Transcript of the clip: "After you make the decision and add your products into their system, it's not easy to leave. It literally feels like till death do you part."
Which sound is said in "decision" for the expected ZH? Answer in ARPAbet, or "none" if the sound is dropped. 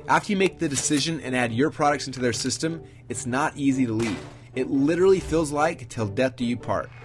ZH